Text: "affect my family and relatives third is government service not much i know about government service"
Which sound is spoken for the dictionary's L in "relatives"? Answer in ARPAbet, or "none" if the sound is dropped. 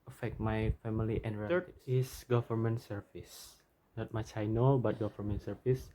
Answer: none